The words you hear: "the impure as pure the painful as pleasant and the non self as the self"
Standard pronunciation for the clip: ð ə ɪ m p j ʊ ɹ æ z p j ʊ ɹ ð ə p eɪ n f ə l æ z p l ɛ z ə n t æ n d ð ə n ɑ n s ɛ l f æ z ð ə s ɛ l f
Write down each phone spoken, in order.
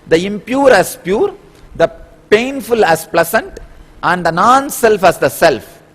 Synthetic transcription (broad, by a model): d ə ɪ m p j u ɹ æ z p j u ɹ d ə p eɪ n f ə l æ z p l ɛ s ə n t æ n d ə n ɑ n s ɛ l f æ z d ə s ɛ l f